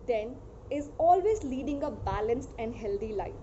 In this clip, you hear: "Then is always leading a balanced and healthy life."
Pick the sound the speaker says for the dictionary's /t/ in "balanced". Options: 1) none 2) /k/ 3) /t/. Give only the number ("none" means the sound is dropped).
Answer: 3